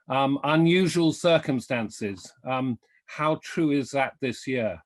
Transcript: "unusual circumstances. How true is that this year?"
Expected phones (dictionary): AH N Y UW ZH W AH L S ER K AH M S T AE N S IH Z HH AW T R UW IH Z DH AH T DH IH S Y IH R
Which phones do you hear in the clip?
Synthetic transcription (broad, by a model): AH N Y UW ZH W AH L S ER K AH M S T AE N S IH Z HH AW T R UW IH Z DH AH T DH IH S Y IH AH